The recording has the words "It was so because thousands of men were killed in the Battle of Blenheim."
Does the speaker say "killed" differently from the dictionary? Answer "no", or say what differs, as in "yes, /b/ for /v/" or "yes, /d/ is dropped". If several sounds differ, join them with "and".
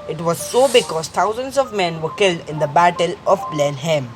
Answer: no